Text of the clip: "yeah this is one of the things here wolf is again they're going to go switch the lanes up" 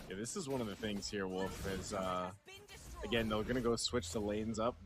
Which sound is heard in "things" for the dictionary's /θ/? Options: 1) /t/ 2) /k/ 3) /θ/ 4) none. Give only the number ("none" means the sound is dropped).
3